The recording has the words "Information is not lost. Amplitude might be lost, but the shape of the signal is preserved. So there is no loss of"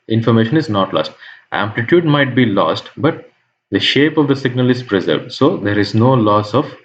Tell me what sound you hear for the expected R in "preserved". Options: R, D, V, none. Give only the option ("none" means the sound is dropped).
R